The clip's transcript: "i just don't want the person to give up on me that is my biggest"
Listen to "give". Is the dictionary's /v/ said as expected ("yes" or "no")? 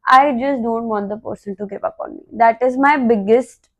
no